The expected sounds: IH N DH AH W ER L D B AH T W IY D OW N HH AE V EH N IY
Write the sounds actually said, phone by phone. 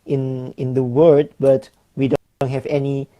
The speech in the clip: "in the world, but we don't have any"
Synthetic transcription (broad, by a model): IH N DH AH W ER D B AH T W IY D OW N HH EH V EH N IY